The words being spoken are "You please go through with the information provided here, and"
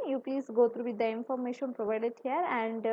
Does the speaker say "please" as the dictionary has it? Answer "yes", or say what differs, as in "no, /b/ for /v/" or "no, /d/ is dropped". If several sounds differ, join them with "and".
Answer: no, /l/ is dropped